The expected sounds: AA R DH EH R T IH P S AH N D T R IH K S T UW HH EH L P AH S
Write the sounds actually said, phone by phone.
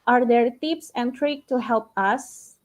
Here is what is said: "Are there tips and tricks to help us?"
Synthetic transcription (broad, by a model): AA R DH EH R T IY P S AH N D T R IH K T UW HH EH L P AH S